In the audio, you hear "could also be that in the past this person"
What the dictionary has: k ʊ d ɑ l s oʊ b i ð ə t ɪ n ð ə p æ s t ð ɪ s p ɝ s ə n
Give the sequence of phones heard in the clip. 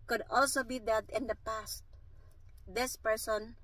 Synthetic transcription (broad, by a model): k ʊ d ɑ l s oʊ b i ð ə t ɪ n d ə p æ s t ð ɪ s p ɝ s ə n